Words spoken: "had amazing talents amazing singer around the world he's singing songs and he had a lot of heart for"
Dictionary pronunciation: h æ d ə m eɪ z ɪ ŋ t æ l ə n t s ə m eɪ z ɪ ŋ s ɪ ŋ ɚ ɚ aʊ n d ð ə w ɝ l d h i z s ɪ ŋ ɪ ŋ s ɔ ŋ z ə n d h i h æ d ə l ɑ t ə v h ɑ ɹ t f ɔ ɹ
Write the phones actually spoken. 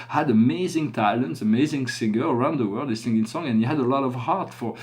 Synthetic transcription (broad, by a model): h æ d ə m eɪ z ɪ ŋ t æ l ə n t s ə m eɪ z ɪ ŋ s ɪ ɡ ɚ ɚ aʊ n d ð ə w ɝ l d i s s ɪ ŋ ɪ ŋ s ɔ ŋ ə n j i h æ d ə l ɑ t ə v h ɑ ɹ t f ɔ ɹ